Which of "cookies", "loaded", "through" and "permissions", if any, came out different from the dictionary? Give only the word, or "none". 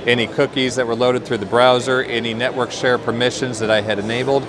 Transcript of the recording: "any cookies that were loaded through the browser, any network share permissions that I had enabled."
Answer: none